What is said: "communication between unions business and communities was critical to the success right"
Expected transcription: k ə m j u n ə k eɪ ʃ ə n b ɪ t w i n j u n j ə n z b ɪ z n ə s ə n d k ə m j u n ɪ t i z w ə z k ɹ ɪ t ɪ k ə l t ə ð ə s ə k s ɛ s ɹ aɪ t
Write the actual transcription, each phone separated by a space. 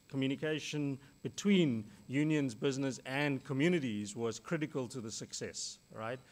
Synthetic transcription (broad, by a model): k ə m j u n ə k eɪ ʃ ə n b ɪ t w i n j u n j ə n z b ɪ z n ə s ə n k ə m j u n ɪ t i z w ə z k ɹ ɪ t ɪ k ə l t ə ð ə s ə k s ɛ s ɹ aɪ t